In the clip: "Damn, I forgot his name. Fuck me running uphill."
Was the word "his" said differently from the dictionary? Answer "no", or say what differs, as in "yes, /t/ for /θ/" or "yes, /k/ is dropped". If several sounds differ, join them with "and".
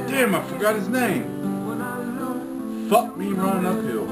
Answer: no